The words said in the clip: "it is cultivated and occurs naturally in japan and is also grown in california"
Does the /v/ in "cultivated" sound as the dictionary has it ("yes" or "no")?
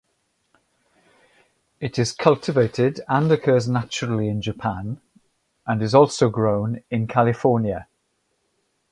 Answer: yes